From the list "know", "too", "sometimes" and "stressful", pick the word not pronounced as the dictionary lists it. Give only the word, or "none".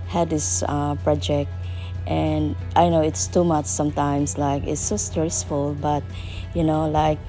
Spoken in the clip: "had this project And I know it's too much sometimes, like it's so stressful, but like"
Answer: sometimes